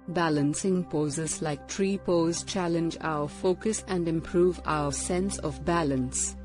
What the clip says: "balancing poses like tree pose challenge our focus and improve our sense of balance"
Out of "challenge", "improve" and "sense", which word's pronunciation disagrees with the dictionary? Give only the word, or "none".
none